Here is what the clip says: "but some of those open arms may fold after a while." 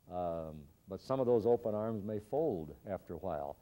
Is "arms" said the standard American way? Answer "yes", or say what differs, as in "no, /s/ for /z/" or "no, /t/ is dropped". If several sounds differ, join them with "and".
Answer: yes